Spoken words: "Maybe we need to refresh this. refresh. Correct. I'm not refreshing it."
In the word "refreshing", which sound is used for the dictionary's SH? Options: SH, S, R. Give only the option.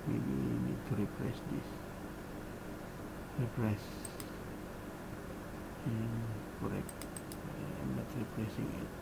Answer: S